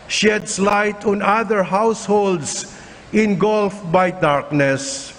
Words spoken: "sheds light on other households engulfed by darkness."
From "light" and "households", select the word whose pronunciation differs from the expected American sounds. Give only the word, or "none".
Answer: households